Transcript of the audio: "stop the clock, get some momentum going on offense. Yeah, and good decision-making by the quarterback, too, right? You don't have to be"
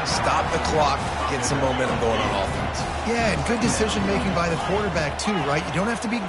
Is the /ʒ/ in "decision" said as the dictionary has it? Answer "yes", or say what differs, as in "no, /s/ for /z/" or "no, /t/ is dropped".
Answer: yes